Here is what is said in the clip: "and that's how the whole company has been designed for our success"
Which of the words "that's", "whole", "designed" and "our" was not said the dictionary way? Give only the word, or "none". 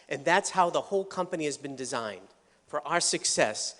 none